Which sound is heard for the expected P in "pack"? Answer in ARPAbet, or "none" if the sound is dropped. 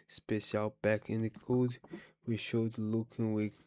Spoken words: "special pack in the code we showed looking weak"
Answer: B